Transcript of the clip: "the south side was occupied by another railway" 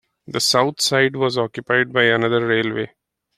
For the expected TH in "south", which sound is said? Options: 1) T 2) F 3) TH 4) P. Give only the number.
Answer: 1